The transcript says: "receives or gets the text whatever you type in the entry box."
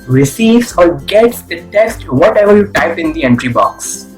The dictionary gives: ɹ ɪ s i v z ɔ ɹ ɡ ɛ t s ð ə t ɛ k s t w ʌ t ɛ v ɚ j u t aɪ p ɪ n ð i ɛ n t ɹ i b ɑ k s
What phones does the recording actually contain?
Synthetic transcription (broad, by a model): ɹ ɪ s i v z ɔ ɹ ɡ ɛ t s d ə t ɛ k s t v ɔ t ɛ v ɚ j u t aɪ p ɪ n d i ɛ n t ɹ i b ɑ k s